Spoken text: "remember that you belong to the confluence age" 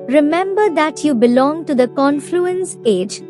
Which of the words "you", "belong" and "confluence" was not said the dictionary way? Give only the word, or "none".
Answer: none